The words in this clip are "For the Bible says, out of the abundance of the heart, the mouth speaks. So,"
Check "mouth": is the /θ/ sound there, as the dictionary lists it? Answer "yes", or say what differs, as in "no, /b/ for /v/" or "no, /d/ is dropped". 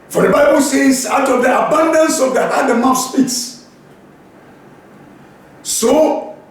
no, /f/ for /θ/